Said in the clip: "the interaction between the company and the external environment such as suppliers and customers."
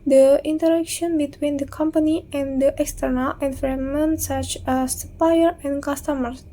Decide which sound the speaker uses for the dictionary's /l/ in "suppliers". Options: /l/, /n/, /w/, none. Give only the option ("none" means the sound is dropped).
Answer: none